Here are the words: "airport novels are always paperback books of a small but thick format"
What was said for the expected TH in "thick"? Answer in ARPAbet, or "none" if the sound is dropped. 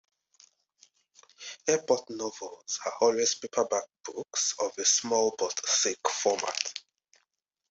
S